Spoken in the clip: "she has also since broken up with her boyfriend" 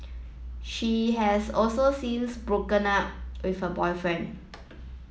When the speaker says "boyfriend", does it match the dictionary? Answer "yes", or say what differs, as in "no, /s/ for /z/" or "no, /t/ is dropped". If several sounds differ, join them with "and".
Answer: no, /d/ is dropped